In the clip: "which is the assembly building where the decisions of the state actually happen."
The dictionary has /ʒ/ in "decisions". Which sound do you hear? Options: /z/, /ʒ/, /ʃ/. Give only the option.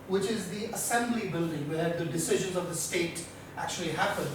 /ʒ/